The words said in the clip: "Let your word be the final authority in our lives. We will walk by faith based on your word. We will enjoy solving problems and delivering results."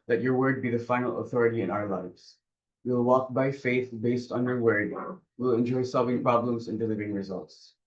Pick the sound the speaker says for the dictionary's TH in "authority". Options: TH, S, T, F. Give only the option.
TH